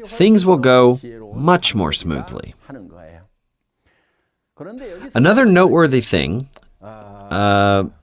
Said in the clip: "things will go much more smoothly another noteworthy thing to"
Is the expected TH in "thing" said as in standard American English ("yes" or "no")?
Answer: yes